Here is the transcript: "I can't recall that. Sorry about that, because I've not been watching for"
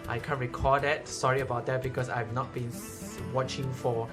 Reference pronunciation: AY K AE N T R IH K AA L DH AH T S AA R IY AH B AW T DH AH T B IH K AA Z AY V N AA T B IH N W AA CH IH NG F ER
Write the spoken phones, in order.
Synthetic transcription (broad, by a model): AY K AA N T R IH K AA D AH T S AA R IY AH B AW T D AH T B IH K AA S AY V N AA T B IH N W AA CH IH NG F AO